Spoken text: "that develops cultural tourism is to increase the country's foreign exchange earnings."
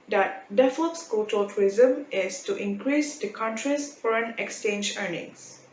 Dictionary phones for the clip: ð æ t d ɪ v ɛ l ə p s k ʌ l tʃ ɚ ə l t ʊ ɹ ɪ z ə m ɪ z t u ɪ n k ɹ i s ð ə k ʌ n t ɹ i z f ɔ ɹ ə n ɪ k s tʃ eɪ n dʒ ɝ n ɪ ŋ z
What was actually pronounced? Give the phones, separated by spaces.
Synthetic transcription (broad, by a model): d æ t d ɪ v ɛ l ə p s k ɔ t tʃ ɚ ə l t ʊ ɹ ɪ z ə m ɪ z t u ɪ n k ɹ i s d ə k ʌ n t ɹ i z f ɔ ɹ ə n ɪ k s tʃ eɪ n dʒ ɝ n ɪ ŋ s